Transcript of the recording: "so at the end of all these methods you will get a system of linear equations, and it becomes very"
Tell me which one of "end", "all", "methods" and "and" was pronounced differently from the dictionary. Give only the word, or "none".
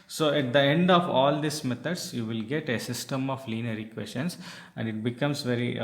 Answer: methods